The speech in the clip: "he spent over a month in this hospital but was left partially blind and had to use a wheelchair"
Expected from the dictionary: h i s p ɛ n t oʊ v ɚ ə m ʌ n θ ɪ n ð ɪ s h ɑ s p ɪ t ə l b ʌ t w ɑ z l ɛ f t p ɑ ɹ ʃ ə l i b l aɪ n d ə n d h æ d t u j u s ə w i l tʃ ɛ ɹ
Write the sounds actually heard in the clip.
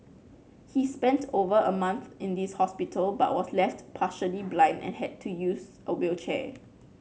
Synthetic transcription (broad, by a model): h i s p ɛ n t oʊ v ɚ ə m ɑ n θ ɪ n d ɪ s h ɑ s p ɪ t ə l b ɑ t w ɑ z l ɛ f t p ɑ ʃ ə l i b l aɪ n d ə n h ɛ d t u j u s ə w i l tʃ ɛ